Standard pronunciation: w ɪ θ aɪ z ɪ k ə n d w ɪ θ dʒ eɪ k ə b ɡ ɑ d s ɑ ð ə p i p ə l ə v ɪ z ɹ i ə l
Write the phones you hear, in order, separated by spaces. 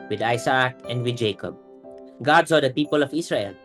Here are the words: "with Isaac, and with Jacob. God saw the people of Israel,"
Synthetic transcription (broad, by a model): w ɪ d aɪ s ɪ k ə n d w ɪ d dʒ eɪ k ə b ɡ ɑ d s ɑ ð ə p i p ə l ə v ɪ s ɹ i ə l